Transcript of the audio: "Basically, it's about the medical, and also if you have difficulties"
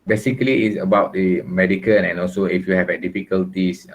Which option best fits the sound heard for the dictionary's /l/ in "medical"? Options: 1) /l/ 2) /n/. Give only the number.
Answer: 2